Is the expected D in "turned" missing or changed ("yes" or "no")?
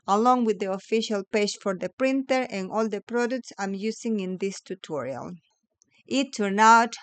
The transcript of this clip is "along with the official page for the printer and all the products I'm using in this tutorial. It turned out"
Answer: yes